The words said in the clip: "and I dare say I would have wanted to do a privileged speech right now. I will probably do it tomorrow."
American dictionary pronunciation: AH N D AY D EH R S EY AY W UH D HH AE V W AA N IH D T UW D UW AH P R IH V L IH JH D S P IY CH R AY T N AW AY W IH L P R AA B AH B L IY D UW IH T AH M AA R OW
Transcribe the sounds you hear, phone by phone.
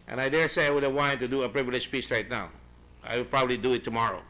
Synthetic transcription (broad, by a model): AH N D AY D EH R S EY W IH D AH W AA IH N T UW D UW AH P R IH V L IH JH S P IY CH R AY T N AW AY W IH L P R AA B AH B L IY D UW IH T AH M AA R OW